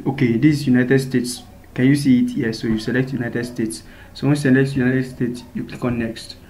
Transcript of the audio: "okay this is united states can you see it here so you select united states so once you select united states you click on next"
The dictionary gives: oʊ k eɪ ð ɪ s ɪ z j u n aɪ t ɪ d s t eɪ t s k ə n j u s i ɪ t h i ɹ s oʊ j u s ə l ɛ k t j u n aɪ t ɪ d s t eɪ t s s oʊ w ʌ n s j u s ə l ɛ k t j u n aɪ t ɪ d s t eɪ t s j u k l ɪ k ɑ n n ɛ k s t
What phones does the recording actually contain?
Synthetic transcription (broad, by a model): oʊ k eɪ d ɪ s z j u n aɪ t ɪ d s t eɪ t s k ə n j u s i ɪ t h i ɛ s oʊ j u s ə l ɛ k t j u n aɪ t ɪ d s t eɪ t s s oʊ w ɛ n j u s ə l ɛ k t j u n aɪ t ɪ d s t eɪ t s j u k l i k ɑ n n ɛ k s t